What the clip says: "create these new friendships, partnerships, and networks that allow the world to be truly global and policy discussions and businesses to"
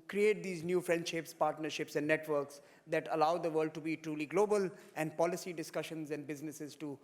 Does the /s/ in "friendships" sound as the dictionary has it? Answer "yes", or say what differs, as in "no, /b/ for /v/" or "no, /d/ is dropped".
yes